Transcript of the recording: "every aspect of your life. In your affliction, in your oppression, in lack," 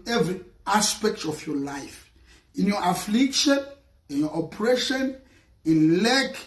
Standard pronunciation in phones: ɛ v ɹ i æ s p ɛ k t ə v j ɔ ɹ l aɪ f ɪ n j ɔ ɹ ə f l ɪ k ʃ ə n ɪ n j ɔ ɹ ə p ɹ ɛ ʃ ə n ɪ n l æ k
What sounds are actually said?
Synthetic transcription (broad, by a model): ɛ v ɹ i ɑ s p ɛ k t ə f j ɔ l aɪ f ɪ n j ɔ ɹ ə f l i k ʃ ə n ɪ n j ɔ ə p ɹ ɛ ʃ ə n ɪ n l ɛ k